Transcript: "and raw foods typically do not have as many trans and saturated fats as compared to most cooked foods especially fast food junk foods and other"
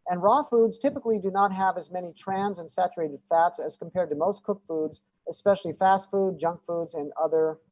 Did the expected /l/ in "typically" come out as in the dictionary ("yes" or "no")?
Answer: yes